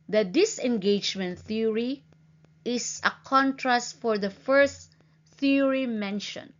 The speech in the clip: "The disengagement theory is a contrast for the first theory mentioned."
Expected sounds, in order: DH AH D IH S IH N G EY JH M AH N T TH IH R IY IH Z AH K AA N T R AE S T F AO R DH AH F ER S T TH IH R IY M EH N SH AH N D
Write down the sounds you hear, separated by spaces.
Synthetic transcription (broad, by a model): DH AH D IH S IH N G EY JH M AH N T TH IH R IY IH S AH K AA N T R AE S T F AO R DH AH F ER S T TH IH R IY M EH N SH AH N